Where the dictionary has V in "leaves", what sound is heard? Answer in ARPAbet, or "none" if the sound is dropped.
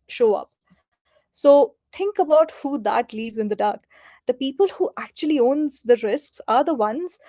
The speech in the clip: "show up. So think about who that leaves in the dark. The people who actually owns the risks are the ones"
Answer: V